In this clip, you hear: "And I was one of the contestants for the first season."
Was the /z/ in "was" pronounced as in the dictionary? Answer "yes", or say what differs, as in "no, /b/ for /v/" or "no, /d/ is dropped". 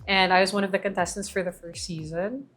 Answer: yes